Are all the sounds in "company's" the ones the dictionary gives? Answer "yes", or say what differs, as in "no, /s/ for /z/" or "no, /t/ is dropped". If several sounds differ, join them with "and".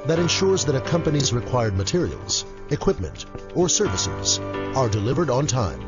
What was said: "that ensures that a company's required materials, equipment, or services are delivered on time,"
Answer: yes